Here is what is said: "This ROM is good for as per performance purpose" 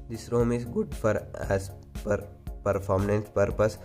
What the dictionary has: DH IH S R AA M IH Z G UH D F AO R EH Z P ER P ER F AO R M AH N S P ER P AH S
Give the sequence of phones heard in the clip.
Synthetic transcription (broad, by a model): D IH S R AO M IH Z G UH D F AO R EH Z P ER P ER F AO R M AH N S P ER P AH S